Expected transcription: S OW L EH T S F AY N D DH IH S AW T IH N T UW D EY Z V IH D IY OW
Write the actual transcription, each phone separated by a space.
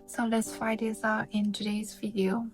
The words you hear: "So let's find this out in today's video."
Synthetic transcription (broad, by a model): S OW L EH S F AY D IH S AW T IH N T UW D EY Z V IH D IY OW